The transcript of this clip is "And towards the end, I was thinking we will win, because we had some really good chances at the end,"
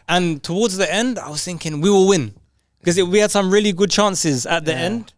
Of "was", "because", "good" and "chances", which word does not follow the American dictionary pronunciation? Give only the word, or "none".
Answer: because